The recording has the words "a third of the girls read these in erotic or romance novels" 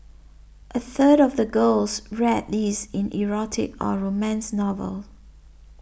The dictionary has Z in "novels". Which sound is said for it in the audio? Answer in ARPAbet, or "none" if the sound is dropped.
none